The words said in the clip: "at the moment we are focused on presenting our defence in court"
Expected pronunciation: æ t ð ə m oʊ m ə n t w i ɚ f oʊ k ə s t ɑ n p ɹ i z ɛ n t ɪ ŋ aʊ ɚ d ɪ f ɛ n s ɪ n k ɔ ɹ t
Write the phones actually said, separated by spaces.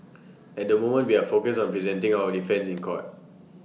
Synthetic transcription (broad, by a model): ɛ t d ə m oʊ m ə n t w i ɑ f oʊ k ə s ɑ n p ɹ i z ɛ n t ɪ ŋ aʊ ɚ d ɪ f ɛ n s ɪ n k ɔ t